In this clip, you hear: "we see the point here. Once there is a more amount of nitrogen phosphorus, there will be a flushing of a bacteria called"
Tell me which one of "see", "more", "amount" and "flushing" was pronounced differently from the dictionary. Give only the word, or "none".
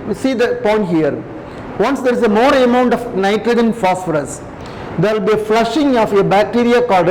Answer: none